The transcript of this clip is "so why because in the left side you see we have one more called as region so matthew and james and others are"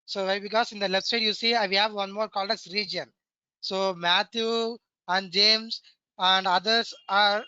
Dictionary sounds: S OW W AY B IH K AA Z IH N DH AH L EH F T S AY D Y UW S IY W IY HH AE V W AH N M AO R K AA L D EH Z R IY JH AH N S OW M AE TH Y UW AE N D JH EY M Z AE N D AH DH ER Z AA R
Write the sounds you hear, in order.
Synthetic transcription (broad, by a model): S OW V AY B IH K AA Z IH N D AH L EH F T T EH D Y UW S IY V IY HH AE V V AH N M AO R K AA L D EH S R IY JH AH N S OW M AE T Y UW AE N D JH EY M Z AE N D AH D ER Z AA R